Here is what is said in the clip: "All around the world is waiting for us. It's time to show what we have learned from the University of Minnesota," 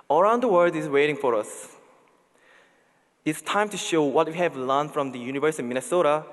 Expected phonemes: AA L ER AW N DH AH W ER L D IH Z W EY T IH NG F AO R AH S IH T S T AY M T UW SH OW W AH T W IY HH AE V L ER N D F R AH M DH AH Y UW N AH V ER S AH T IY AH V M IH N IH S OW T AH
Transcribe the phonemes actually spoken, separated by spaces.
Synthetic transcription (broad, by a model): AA ER AW N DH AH W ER D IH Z W EY T IH NG F AO R AH S IH T S T AY M T UW SH OW W AH T W IY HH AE V L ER N F R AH M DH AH Y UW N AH V ER S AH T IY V M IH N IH S OW T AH